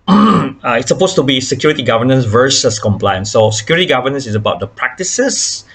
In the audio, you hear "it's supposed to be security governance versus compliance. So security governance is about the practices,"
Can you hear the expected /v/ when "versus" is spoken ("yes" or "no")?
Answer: yes